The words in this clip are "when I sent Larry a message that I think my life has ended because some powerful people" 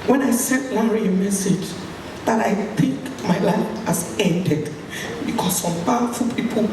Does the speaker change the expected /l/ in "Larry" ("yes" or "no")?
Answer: yes